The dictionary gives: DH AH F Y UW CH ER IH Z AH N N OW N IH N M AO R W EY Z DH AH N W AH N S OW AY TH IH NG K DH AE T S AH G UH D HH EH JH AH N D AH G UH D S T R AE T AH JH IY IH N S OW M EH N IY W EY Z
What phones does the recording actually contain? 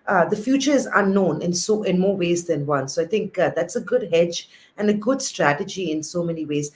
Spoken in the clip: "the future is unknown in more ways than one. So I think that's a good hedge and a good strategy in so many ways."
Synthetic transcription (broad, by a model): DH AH F Y UW CH ER IH Z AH N N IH N IH N M AO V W EY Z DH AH N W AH N S OW AY T IH NG K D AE T S AH G UH D HH EH JH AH N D AH G UH D S T R AE T AH JH IY IH N S OW M EH N IY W EY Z